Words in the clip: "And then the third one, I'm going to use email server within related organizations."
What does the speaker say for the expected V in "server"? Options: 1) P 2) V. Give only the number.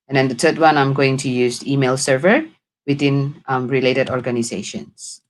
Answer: 2